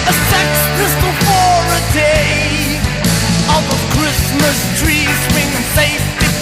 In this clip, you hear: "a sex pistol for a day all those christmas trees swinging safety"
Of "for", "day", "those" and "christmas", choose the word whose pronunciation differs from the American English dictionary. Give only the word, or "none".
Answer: those